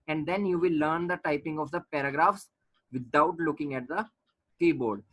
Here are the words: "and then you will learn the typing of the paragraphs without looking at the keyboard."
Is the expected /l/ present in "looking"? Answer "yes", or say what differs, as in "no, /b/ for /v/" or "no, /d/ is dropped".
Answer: yes